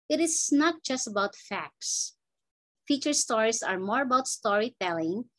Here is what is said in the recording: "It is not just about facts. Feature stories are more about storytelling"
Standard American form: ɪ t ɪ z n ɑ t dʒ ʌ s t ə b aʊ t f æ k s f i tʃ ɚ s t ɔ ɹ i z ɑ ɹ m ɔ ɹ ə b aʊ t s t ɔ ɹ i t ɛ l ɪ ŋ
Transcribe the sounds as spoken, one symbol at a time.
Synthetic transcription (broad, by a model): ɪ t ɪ s n ɑ t dʒ ʌ s t ə b aʊ t f æ k s f i tʃ ɚ s t ɔ ɹ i s ɑ ɹ m ɔ ɹ ə b aʊ t s t ɔ ɹ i t ɛ l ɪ ŋ